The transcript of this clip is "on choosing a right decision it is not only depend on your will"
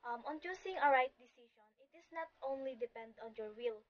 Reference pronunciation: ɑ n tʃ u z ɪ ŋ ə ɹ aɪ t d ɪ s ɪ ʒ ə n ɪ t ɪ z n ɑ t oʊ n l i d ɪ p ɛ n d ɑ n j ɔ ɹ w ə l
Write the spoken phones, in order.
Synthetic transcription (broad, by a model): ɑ n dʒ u s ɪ ŋ ə ɹ aɪ t d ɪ s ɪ ʃ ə n ɪ t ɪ s n ɑ t oʊ n l i d ɪ p ɛ n d ɑ n j ɔ ɹ w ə l